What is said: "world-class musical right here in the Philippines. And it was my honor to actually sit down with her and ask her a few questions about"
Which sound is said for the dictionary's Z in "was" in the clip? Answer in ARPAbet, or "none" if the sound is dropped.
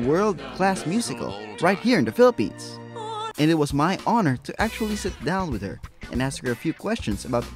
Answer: Z